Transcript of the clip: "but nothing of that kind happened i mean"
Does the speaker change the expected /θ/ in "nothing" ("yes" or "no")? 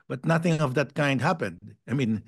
no